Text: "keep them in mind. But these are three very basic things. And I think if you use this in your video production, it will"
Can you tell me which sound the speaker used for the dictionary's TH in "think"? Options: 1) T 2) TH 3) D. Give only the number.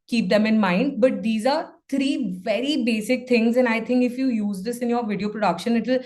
1